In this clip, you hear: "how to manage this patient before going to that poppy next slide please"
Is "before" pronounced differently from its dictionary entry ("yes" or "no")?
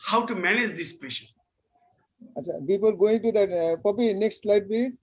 yes